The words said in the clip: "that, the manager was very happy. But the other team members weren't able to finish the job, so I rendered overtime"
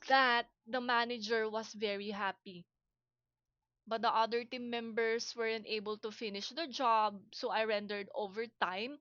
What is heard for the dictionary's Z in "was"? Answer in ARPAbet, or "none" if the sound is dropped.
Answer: S